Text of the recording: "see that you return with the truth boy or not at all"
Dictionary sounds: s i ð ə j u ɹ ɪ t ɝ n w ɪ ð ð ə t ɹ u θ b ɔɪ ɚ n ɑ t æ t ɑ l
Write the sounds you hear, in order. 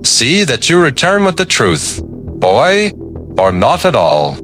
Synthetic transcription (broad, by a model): s i ð ə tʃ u ɹ ɪ t ɝ n w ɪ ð ð ə t ɹ u θ b ɔɪ ɚ n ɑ t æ t ɑ l